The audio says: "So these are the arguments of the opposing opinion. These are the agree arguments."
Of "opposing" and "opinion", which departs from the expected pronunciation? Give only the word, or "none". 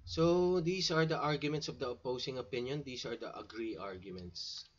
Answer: opposing